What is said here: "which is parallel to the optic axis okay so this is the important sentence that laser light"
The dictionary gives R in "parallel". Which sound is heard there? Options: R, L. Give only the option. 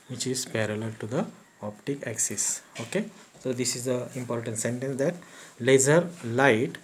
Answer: R